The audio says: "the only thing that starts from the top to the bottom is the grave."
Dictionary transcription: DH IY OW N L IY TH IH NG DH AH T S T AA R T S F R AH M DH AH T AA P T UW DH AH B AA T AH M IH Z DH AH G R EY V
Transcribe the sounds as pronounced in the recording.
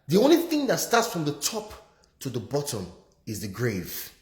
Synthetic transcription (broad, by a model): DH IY OW N L IY TH IH NG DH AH T S T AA T S F R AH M DH AH T AA P T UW DH AH B AA T AH M IH Z DH AH G R EY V